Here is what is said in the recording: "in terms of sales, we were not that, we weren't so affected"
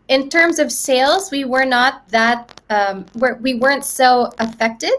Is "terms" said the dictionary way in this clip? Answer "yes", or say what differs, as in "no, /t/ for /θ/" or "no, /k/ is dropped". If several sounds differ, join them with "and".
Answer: yes